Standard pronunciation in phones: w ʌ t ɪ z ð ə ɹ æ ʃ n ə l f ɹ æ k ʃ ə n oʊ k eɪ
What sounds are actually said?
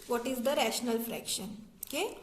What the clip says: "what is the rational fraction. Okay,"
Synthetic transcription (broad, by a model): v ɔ t ɪ z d ə ɹ æ ʃ n ə l f ɹ æ k ʃ ə n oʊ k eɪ